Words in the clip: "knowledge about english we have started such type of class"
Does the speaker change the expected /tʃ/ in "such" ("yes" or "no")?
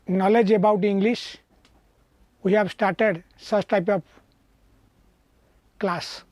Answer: yes